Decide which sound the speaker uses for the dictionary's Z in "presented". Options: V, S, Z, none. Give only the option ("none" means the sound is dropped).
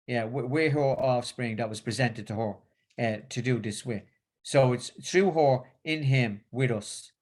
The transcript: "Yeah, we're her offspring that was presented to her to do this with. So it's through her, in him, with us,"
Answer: Z